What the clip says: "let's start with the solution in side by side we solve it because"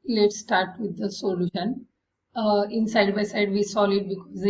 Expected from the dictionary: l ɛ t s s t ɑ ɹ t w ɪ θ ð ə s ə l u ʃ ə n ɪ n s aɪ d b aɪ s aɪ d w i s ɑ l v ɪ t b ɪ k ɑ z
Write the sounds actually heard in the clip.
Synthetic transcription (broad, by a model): l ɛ t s s t ɑ ɹ t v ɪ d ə s ə l u ʃ ə n ɪ n s aɪ d b aɪ s aɪ d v i s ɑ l ɪ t b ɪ k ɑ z